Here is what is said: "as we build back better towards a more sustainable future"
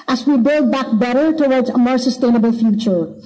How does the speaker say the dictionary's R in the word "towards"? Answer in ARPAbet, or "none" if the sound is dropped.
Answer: R